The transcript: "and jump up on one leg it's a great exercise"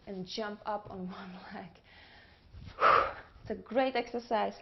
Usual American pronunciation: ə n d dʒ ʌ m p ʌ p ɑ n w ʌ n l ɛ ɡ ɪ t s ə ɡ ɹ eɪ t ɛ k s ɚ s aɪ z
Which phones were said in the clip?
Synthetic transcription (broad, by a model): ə n dʒ ʌ m p ʌ p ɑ n w ʌ n l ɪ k ɪ t s ə ɡ ɹ eɪ t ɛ k s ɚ s aɪ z